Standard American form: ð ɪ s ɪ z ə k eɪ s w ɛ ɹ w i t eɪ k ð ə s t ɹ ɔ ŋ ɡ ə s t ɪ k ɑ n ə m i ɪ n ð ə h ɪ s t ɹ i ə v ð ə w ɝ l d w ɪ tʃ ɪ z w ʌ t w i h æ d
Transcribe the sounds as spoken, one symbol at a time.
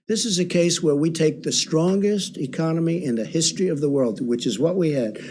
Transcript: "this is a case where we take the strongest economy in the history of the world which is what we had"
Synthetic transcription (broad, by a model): ð ɪ s ɪ z ə k eɪ s w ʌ ɹ w i t eɪ k ð ə s t ɹ ɔ ŋ ɡ ə s t ɪ k ɑ n ə m i ɪ n ð ə h ɪ s t ɹ i ə v ð ə w ɝ l d w ɪ tʃ ɪ z w ʌ t w i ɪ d